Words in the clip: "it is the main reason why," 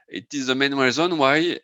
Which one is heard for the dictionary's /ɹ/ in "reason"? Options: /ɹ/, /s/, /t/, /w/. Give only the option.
/w/